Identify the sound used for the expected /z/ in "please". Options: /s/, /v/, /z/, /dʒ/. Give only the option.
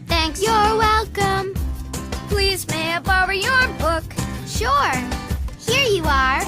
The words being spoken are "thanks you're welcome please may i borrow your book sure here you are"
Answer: /z/